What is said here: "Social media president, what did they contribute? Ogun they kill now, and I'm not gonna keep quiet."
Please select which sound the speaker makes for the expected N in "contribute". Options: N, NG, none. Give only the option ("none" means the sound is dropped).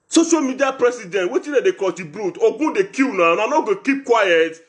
none